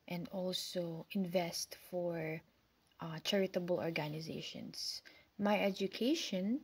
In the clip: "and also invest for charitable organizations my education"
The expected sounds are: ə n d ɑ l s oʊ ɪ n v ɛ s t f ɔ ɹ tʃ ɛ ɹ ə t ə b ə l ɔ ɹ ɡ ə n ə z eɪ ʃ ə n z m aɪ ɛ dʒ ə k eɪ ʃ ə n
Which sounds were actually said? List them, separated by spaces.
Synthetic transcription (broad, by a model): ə n d ɑ l s oʊ ɪ n v ɛ s t f ɔ ɹ tʃ ɛ ɹ ə t ə b ə l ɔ ɹ ɡ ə n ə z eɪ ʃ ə n s m aɪ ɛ dʒ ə k eɪ ʃ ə n